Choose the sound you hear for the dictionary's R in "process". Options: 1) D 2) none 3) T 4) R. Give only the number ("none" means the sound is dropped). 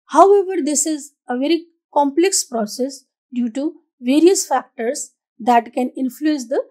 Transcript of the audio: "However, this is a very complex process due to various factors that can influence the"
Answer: 4